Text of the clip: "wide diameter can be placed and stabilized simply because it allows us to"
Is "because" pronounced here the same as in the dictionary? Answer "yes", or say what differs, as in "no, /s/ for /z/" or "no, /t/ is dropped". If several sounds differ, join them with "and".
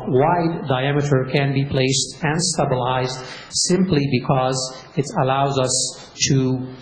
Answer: yes